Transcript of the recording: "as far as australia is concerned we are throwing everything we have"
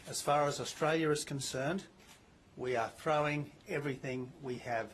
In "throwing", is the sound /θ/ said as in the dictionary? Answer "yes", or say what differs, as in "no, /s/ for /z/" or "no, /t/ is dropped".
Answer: yes